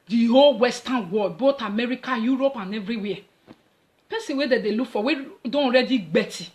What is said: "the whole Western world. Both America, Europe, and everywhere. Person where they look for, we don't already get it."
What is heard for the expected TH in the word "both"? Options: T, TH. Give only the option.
T